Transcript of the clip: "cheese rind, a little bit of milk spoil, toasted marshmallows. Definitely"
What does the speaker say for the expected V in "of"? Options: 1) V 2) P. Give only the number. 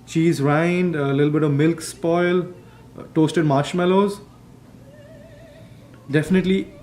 1